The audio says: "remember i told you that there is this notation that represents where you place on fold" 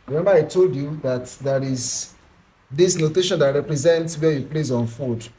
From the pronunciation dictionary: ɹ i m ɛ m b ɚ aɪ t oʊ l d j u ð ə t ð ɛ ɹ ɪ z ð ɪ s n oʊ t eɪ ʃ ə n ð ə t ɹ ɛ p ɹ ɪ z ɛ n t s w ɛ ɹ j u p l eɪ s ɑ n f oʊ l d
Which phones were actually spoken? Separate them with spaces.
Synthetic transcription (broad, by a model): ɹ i m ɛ m b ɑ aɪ t oʊ l d j u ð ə t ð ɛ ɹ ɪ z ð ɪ s n oʊ t eɪ ʃ ə n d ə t ɹ ɛ p ɹ ɪ z ɛ n t s w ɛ j u p l eɪ s ɑ n f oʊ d